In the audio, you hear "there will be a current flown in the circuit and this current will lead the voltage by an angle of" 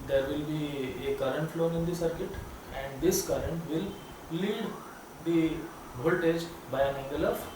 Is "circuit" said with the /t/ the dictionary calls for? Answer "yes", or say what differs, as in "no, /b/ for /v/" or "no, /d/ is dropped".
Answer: yes